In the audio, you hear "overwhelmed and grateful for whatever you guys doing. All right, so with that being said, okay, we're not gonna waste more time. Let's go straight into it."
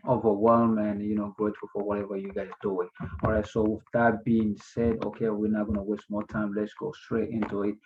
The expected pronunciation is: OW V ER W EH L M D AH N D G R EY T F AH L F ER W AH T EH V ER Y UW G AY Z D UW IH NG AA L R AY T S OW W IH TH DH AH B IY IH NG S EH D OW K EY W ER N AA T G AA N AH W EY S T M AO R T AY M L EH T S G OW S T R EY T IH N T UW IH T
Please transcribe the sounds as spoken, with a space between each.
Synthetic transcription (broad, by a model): OW V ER W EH L M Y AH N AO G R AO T AH F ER W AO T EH V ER Y UW G AY Z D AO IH AA L R AY T S OW W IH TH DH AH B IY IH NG S EH D OW K EY W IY N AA G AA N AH W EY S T M AO T AY M L EH T S G OW S T R EY T IH N T UW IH T